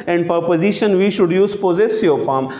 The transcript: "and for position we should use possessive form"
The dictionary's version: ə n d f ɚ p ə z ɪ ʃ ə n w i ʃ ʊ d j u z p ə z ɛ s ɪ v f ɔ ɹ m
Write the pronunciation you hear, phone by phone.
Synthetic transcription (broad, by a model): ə n d p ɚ p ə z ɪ ʃ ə n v i ʃ ʊ d j u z p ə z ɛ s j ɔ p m